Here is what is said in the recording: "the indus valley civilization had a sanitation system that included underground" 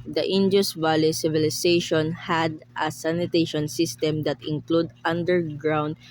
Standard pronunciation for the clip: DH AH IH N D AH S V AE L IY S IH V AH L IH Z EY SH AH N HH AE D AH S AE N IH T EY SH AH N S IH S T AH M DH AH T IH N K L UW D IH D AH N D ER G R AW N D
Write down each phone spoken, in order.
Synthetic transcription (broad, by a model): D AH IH N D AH S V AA L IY S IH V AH L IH S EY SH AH N HH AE D AH S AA N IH T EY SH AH N S IH S T AH M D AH T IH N K L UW D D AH N D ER G R AW N D